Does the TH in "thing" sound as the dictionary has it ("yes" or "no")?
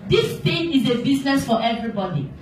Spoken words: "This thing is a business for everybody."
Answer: no